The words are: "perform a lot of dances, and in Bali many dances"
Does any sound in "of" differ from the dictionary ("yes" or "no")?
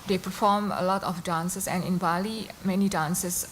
yes